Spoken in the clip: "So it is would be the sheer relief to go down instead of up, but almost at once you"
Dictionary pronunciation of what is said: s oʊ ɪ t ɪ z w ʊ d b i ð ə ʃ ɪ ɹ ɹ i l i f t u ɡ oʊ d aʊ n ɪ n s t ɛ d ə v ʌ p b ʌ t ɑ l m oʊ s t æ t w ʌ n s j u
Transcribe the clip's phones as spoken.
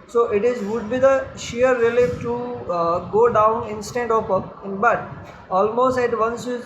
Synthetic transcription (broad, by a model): s oʊ ɪ t ɪ z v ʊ d b i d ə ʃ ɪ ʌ ɹ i l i t u ɡ oʊ d aʊ n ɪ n s t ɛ d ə p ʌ b ʌ t ɑ l m oʊ s t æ t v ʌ n s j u